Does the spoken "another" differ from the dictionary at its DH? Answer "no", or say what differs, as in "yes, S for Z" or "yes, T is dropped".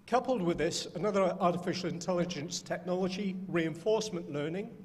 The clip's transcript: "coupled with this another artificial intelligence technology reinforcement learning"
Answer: no